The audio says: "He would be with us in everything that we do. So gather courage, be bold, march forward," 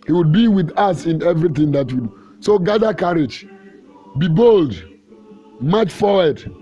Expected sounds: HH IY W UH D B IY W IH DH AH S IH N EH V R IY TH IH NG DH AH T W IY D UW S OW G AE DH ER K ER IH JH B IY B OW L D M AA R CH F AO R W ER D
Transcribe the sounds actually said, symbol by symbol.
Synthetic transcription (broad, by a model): HH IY W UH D B IY W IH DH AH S IH N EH V R IY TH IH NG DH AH T W IY D UW S OW G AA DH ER K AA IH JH B IY B OW L D M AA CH F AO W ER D